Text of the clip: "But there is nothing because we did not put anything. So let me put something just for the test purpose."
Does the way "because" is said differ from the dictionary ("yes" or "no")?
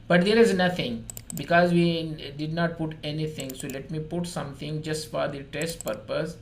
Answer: no